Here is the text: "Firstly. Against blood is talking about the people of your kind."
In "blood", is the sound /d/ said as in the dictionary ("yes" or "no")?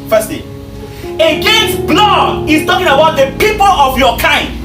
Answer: no